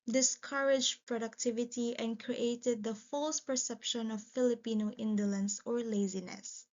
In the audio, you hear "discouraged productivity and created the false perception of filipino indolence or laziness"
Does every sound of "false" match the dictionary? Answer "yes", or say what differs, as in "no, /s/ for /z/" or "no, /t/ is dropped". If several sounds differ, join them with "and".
yes